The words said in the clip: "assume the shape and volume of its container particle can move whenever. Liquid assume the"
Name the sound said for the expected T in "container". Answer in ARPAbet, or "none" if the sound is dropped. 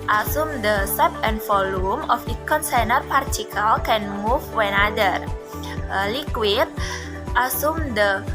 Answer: S